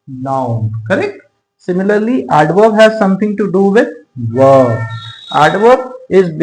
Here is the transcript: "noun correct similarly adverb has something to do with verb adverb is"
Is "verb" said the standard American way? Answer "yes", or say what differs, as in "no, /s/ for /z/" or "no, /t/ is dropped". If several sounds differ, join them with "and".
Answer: no, /b/ is dropped